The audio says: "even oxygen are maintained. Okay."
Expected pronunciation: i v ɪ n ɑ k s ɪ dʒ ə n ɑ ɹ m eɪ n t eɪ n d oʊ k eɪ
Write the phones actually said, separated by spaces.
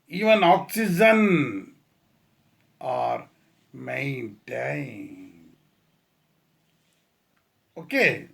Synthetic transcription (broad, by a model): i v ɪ n ɑ k s ɪ dʒ ə n ɑ ɹ m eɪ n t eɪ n oʊ k eɪ